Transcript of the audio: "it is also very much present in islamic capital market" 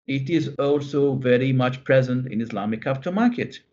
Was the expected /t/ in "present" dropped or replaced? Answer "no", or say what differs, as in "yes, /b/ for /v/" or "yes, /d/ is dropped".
no